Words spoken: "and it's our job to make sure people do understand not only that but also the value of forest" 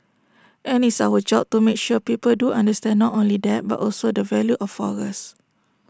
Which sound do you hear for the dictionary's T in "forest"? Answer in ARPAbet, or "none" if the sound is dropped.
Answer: none